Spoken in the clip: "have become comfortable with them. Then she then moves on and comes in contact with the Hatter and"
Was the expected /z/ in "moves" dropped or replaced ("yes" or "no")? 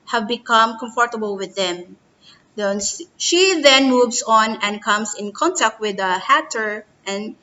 yes